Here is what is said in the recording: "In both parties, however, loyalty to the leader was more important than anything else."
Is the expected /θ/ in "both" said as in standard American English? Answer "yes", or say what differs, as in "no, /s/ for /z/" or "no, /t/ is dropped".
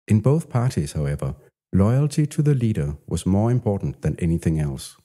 yes